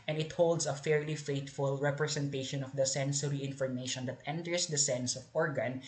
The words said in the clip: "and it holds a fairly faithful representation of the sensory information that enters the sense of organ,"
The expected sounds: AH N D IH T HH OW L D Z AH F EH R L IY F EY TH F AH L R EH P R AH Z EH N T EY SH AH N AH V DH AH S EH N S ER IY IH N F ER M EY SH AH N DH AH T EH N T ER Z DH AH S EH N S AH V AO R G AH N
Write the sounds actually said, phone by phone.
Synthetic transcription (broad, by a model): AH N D IH T HH OW L D S AH F EH R L IY F EY T F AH L R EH P R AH S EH N T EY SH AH N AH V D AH S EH N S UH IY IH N F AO M EY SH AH N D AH T EH N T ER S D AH S EH N S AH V AO R G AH N